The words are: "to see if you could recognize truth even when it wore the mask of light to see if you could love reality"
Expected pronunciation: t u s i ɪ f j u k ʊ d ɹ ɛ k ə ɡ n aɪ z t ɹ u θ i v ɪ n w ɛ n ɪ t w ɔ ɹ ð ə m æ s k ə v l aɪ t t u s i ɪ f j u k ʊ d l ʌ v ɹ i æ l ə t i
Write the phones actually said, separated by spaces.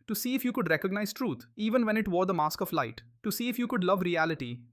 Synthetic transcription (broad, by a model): t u s i ɪ f j u k ʊ d ɹ ɛ k ə ɡ n aɪ z t ɹ u t i v ɪ n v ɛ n ɪ t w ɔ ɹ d ə m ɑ s k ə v l aɪ t t u s i ɪ f j u k ʊ d l ʌ v ɹ i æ l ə t i